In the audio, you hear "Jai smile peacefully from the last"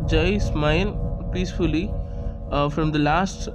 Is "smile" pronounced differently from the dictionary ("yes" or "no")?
yes